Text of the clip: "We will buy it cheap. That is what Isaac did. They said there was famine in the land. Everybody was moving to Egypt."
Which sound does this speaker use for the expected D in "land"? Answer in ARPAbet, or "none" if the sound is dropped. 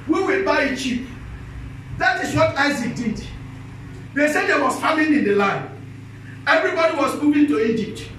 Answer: none